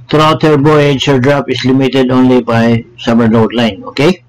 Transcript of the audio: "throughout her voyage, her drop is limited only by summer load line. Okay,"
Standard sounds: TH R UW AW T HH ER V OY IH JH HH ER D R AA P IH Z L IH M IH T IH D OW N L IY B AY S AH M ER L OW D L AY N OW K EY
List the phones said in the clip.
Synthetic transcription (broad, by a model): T R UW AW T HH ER B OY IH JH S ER D R AA P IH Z L IH M IH T IH D OW N L IY B AY S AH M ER N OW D L AY N OW K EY